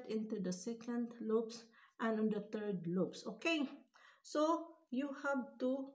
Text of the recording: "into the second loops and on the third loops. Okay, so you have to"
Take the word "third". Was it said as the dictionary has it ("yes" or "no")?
no